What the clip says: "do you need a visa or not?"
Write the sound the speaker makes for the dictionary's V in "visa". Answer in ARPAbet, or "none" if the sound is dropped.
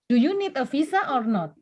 F